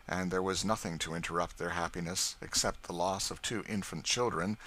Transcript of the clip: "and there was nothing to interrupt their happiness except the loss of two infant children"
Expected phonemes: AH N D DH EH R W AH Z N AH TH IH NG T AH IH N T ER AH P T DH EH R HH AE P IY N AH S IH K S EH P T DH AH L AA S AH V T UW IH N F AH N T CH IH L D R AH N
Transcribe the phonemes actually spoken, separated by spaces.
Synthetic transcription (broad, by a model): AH N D DH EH R W AH Z N AH TH IH NG T AH IH N T ER AH P T DH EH R HH AE P IY N AH S IH K S EH P T DH AH L AA S AH V T UW IH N F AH N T CH IH L D R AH N